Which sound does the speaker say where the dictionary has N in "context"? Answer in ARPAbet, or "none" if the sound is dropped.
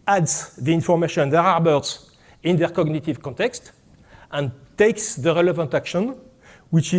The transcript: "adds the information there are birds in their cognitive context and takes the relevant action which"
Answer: N